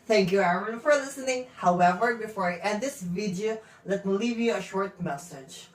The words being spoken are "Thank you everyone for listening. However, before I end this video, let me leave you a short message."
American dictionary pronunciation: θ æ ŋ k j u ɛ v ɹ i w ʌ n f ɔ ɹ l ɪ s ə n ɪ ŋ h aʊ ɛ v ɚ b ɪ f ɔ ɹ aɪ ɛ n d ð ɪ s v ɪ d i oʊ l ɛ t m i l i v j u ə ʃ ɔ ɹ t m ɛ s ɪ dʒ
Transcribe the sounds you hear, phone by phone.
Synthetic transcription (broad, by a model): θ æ ŋ k j u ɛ ɹ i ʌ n f ɔ ɹ l ɪ s ə n ɪ ŋ h aʊ ɛ v ɚ b ɪ f ɔ ɹ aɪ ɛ d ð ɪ s v ɪ d i oʊ l ɛ t m i l i v j u ə ʃ ɔ ɹ t m ɛ s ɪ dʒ